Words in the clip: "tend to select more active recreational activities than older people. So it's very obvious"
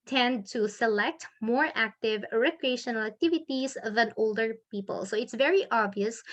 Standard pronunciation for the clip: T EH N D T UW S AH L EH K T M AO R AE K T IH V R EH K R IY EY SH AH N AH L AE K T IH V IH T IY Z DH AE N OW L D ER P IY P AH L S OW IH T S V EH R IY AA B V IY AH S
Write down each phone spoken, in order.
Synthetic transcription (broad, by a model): T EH N D T UW S AH L EH K T M AO R AE K T IH V R EH K R IY EY SH AH N AH L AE K T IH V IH T IY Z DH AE N OW L D ER P IY P AH L S OW IH T S V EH R IY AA B V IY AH S